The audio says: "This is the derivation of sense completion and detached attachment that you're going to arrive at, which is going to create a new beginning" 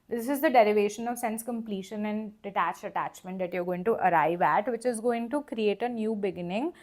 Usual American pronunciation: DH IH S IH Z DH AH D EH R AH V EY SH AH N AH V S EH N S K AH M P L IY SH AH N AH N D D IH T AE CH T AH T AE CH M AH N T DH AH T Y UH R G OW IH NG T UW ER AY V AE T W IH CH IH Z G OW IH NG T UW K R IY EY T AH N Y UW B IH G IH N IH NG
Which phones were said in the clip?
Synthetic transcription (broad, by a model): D IH S IH Z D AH D EH R AH V EY SH AH N AH V S EH N S K AH M P L IY SH AH N AH N D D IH T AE CH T AH T AE CH M AH N T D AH T Y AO R G OW IH NG T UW ER AY V AE T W IH CH IH Z G OW IH NG T UW K R IY EY T AH N Y UW B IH G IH N IH NG